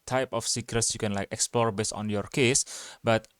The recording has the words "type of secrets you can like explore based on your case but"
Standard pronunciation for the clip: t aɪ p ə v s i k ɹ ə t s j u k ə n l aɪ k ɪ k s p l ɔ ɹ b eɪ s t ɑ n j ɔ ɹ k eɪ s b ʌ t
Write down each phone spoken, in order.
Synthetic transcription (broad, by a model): t aɪ p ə f s i k ɹ ə t s j u k ə n l aɪ k ɪ k s p l ɔ ɹ b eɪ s ɑ n j ɔ ɹ k eɪ s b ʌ t